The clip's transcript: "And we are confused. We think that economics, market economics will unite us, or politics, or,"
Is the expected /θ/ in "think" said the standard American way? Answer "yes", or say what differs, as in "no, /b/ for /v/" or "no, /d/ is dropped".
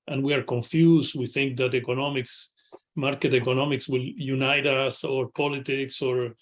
yes